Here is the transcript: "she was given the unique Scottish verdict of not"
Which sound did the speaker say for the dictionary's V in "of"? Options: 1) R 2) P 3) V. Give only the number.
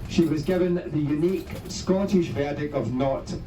3